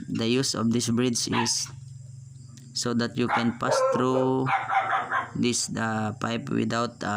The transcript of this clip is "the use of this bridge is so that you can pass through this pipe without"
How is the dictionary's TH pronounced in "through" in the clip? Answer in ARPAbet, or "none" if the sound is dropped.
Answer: T